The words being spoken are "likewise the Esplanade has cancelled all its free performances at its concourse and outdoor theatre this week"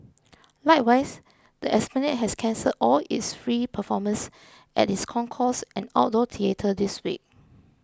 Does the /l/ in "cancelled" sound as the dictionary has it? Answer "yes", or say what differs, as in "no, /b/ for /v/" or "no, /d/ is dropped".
no, /l/ is dropped